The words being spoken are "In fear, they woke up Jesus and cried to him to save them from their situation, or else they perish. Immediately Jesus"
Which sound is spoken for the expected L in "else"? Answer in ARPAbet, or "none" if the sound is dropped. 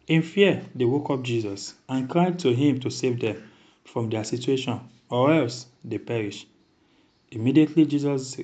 L